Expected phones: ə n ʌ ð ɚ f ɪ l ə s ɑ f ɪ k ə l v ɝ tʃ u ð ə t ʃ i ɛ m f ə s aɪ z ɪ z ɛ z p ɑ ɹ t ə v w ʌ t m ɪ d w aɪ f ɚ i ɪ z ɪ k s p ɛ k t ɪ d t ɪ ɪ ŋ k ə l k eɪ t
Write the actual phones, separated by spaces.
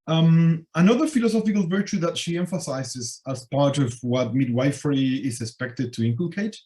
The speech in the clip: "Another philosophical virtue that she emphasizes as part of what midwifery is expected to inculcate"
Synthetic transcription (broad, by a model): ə n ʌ ð ɚ f ɪ l ə s ɑ f ɪ k ə l v ɝ tʃ u ð ə t ʃ i ɛ m f ə s aɪ z ɪ z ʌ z p ɑ ɹ t ə v w ʌ t m ɪ d w aɪ f ɚ i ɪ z ɪ k s p ɛ k t ɪ d t ɪ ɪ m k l k eɪ t